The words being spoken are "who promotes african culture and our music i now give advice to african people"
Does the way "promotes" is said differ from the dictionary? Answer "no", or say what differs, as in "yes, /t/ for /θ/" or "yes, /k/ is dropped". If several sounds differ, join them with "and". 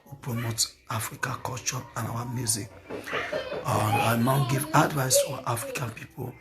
yes, /s/ is dropped